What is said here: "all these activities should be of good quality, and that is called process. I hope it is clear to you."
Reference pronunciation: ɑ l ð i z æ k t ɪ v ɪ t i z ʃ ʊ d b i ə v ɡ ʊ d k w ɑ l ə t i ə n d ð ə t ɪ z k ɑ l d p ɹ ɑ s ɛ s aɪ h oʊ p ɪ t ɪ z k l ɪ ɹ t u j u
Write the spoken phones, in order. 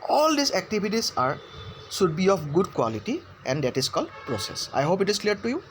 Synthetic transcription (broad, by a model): ɑ l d i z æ k t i b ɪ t i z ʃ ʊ d b i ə f ɡ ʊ d k w ɑ l ə t i ə n d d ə t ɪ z k ɑ l d p ɹ ɑ s ɛ s aɪ h oʊ p ɪ t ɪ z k l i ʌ t u j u